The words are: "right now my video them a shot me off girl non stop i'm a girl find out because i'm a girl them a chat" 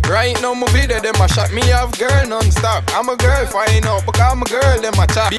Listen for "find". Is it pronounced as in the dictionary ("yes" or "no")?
no